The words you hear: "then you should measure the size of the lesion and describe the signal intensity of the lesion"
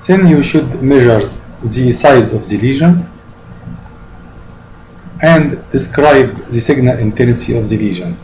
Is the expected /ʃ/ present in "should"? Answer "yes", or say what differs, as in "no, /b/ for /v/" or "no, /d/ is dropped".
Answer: yes